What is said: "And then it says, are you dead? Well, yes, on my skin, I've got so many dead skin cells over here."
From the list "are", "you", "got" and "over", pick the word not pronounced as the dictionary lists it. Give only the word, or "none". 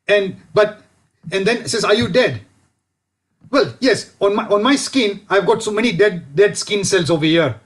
none